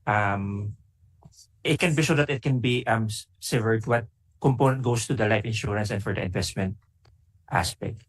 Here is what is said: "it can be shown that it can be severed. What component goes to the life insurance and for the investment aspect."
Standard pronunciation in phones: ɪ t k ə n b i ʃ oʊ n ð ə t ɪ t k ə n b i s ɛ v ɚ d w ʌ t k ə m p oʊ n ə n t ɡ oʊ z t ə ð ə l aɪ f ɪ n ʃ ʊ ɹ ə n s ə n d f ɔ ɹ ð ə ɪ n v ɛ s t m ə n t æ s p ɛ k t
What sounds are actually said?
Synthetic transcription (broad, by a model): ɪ t k ə n b i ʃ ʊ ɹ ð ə t ɪ t k ə n b i s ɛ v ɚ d w ʌ t k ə m p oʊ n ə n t ɡ oʊ s t ə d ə l aɪ f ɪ n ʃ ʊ ɹ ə n s ə n d f ɔ ɹ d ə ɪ n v ɛ s t m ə n t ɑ s p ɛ k t